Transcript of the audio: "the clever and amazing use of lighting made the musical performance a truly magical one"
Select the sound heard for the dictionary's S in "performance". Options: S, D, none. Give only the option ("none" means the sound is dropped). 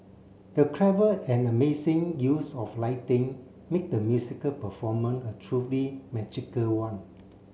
none